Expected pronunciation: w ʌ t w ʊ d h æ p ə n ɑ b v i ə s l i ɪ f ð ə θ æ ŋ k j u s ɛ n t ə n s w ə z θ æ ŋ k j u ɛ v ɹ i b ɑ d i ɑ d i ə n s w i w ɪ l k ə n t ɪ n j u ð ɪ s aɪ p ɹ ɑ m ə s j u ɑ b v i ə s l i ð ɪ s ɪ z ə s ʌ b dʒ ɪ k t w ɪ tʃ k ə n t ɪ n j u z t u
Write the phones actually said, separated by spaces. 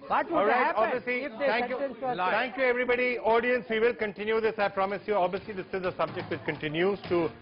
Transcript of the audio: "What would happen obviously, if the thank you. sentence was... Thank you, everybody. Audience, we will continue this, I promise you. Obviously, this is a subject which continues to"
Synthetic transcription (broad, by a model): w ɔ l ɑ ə ɑ b v i ə s l i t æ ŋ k j u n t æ ŋ k j u ɛ v ɹ i b ɑ d i ɑ d i ə n s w i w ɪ l k ə n t ɪ n j u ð ɪ s aɪ p ɹ ɑ m ə s j u ɑ b v i ə s l i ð ɪ s ɪ z ə s ʌ b dʒ ɪ k t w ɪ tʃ k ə n t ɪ n j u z t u